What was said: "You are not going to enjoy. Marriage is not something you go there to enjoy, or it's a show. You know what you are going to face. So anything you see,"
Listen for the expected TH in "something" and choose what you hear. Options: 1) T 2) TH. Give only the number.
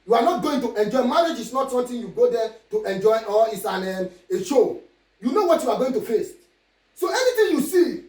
1